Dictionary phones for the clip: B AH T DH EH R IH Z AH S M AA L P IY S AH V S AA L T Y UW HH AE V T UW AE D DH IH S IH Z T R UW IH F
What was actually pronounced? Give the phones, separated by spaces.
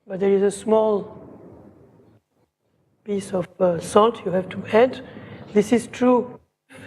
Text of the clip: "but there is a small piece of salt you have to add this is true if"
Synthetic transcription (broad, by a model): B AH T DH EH R IH Z AH S M AA L P IY S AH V S AA L T Y UW HH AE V T UW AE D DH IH S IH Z T R UW